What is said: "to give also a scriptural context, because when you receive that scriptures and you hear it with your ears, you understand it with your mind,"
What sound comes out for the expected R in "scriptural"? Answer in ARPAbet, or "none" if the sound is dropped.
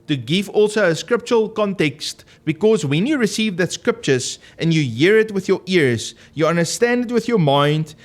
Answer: R